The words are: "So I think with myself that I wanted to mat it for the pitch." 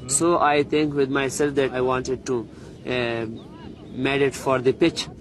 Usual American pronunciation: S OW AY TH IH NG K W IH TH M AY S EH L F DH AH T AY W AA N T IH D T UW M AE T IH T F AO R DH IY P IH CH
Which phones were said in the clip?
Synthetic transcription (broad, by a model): S OW AY T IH NG K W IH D M AY S EH L F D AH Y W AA N T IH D T UW M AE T IH T F AO R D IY P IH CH